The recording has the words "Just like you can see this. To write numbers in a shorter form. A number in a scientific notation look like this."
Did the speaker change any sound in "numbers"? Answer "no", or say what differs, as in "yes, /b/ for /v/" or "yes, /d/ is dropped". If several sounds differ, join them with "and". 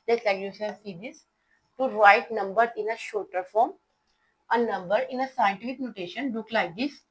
yes, /z/ is dropped